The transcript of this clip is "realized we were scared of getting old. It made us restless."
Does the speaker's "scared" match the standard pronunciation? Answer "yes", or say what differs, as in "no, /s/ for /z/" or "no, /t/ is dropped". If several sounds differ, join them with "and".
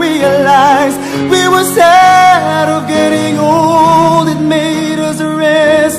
no, /k/ is dropped